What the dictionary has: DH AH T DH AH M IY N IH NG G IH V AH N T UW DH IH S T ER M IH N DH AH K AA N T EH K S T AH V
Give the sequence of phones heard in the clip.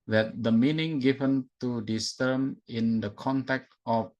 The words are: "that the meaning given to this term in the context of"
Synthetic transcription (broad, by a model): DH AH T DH AH M IY N IH NG G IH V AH N T UW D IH S T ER M IH N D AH K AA N T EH K T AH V